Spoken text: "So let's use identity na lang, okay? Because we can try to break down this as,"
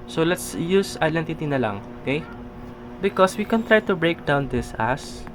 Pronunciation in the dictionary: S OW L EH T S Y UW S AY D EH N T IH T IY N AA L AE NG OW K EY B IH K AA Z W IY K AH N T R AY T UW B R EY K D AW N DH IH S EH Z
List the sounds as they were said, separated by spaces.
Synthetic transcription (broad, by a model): S OW L EH T S Y UW S AY D EH N T IH T IY N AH L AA NG OW K EY B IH K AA S W IY K AH N T R AY T UW B R EY K D AW N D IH S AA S